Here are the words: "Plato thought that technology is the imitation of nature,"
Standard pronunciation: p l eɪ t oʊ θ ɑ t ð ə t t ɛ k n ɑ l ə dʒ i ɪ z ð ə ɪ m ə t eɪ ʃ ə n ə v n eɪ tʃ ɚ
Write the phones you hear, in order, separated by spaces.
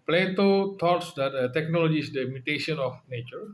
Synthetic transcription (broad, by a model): p l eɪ t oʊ t ɑ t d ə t t ɛ k n ɑ l ə dʒ i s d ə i m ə t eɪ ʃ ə n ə f n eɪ tʃ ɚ